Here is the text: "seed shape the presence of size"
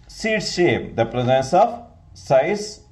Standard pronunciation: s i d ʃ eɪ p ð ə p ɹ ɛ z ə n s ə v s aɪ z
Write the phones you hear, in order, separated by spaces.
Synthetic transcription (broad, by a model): s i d ʃ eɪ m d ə p ɹ ɛ z ə n s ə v s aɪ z